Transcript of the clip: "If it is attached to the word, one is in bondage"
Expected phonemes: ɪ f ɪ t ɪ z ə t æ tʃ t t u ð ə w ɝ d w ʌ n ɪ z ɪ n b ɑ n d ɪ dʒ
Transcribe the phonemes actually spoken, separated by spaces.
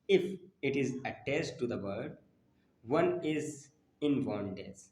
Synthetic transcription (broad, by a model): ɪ f ɪ t ɪ z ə t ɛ s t t u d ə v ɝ d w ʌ n ɪ z ɪ n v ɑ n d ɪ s